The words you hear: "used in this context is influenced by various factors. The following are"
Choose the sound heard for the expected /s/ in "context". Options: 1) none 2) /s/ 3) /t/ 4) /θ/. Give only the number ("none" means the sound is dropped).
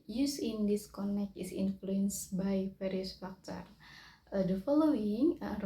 1